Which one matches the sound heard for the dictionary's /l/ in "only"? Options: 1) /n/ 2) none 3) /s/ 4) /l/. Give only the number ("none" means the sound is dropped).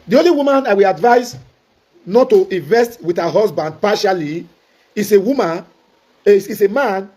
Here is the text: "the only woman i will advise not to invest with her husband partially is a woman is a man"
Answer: 4